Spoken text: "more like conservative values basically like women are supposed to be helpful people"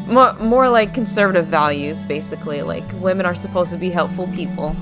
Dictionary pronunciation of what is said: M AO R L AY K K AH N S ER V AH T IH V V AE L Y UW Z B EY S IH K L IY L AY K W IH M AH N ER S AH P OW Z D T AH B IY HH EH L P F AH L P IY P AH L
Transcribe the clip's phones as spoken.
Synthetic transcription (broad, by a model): M AO R L AY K K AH N S ER V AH T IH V V AE L Y UW Z B EY S IH K L IY L AY K W IH M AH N ER S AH P OW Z T AH B IY HH EH L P F L P IY P L